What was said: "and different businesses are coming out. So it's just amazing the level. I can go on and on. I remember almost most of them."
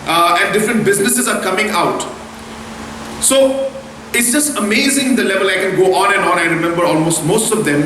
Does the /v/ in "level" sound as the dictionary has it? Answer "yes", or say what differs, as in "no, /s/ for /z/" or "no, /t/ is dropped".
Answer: yes